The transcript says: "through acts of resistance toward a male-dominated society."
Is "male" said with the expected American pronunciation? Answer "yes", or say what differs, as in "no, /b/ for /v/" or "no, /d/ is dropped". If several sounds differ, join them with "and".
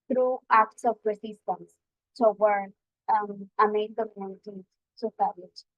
no, /n/ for /l/